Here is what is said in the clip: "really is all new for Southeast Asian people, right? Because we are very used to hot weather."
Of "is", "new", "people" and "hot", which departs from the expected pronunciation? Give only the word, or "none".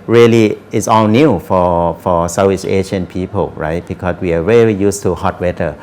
is